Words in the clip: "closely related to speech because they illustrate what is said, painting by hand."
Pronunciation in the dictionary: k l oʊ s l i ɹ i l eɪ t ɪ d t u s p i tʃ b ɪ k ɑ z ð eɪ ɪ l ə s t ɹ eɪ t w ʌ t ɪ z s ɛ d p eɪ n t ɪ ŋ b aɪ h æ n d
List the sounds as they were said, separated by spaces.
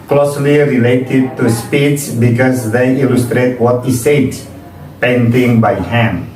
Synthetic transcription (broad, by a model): k l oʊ s l i ɹ i l eɪ t ɪ d t u s p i s b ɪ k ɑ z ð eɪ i l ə s t ɹ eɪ t w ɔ t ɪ s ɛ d p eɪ n t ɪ ŋ b aɪ h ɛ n